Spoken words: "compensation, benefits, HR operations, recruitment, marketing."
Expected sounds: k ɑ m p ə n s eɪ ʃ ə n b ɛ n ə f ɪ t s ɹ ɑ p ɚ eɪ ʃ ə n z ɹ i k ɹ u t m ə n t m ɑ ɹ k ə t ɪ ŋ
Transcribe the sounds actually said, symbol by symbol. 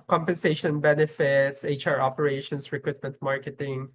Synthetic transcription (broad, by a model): k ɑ m p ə n s eɪ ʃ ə n b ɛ n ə f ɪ t s ɹ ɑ p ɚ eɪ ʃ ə n s ɹ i k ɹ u t m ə n t m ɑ ɹ k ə t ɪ ŋ